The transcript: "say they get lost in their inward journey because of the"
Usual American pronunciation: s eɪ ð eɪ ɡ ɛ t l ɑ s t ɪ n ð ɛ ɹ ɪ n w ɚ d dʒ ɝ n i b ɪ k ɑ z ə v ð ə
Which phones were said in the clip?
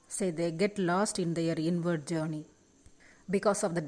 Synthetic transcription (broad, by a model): s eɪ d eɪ ɡ ɛ t l ɑ s t ɪ n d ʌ ɹ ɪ n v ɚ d dʒ ɝ n i b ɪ k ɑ s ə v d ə